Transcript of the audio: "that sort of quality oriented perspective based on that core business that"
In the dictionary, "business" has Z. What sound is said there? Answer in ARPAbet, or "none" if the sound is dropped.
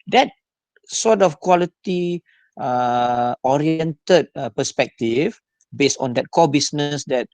S